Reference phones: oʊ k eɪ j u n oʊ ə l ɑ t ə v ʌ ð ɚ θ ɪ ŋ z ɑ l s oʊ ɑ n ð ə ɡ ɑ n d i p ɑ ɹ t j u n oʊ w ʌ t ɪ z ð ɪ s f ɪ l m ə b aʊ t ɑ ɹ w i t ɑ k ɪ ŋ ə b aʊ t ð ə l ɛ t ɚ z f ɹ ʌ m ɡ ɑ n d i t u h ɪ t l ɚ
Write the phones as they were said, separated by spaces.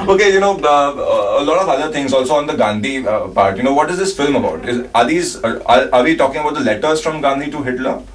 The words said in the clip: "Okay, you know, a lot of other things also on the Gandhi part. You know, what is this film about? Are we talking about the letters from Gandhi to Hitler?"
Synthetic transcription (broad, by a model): oʊ k eɪ j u n oʊ ə l ɑ t ə v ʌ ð ɚ t ɪ ŋ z ɑ l s oʊ ɑ n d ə ɡ ɑ n d i p ɑ ɹ t j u n oʊ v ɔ t ɪ z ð ɪ s f ɪ l m ə b aʊ t ɑ ɹ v i t ɑ k ɪ ŋ ə b aʊ t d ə l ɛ t ɚ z f ɹ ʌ m ɡ ɑ n d i t u h ɪ t l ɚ